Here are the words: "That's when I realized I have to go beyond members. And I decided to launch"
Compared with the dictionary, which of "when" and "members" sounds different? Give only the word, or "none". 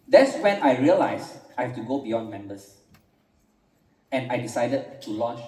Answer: members